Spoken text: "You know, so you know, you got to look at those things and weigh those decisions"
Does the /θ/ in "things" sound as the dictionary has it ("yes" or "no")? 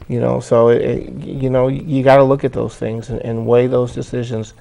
yes